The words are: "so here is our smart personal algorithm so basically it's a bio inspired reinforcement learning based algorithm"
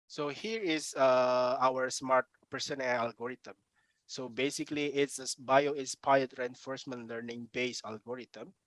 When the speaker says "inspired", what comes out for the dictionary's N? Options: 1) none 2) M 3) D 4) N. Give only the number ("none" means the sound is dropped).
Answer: 1